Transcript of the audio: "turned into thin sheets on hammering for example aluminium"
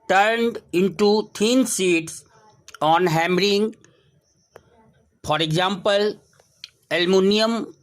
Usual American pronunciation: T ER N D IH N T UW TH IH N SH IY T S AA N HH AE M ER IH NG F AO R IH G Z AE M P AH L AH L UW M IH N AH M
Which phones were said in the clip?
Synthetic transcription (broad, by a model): T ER N D IH N T UW T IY N S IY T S AA N HH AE M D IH NG F AO R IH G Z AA M P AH L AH L M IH N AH M